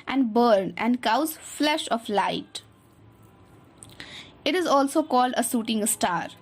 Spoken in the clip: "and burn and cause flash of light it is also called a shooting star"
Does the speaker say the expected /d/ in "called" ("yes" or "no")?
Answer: yes